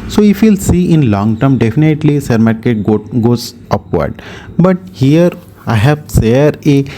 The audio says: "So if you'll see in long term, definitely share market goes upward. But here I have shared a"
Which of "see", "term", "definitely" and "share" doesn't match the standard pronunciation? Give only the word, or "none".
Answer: share